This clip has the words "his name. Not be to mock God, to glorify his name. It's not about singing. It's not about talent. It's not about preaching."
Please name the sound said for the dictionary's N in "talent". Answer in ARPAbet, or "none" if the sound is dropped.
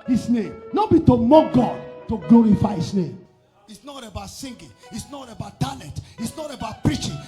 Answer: none